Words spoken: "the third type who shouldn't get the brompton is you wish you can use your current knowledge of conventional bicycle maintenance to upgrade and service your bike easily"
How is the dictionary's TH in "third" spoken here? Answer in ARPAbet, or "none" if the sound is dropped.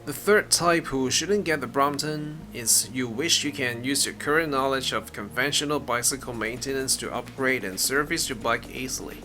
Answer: TH